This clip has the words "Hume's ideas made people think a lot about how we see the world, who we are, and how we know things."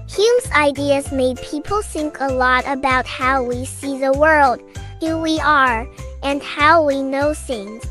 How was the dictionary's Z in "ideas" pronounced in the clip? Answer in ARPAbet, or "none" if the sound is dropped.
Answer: Z